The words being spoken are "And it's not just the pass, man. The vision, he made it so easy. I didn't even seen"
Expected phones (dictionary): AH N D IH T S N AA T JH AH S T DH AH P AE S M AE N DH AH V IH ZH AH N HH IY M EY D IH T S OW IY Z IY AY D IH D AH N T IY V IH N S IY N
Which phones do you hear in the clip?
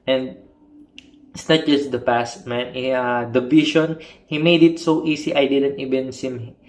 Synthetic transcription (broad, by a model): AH N D IH T S N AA T JH AH S T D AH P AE S M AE N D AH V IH SH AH N HH IY M EY D IH T S OW IY S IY AY D IH D AH N T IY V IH N S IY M